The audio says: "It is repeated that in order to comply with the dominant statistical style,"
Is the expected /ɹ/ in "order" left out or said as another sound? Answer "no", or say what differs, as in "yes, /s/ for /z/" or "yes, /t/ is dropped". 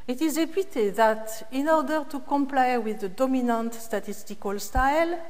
no